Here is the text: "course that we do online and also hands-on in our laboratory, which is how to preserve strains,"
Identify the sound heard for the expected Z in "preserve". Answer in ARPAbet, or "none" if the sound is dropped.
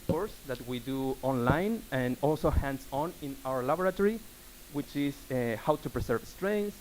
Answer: S